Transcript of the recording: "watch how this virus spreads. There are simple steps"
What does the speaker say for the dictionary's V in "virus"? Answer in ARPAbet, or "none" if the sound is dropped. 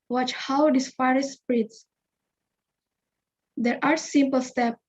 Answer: F